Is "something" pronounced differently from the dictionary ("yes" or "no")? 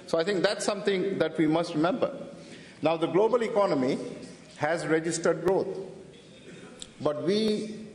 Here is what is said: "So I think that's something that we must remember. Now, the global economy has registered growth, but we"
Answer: yes